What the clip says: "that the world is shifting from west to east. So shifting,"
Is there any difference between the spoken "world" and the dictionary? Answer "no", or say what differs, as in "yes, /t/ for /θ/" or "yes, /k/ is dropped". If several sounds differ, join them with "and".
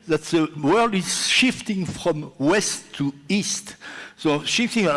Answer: no